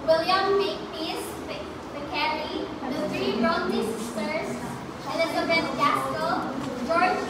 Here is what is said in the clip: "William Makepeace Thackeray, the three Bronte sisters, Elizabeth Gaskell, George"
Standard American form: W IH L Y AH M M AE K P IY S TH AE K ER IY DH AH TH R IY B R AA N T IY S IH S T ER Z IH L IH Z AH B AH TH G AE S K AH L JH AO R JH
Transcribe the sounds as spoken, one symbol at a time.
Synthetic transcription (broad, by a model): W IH L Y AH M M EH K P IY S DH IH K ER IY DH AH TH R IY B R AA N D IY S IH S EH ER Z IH N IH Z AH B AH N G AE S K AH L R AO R